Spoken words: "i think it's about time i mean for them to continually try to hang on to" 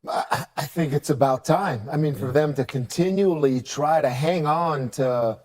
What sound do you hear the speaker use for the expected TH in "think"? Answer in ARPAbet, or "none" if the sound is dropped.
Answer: TH